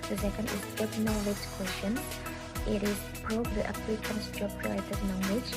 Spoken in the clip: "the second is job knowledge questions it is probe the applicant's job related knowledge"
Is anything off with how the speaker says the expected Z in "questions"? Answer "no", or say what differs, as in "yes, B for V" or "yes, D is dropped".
yes, Z is dropped